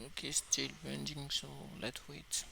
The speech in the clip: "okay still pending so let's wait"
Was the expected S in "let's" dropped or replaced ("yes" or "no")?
yes